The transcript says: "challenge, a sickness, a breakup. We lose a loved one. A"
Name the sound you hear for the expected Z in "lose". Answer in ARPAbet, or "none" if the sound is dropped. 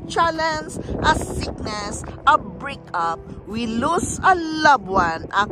S